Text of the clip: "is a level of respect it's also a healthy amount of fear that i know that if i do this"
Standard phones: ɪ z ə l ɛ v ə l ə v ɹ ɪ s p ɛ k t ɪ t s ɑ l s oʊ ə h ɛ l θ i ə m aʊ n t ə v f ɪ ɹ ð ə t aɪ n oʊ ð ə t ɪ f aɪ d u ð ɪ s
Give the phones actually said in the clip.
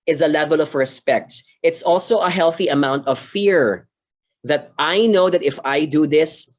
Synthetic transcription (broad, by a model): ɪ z ə l ɛ v ə l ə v ɹ ɪ s p ɛ k t ɪ t s ɑ l s oʊ ə h ɛ l θ i ə m aʊ n t ə v f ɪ ɹ ð ə t aɪ n oʊ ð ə t ɪ f aɪ d u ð ɪ s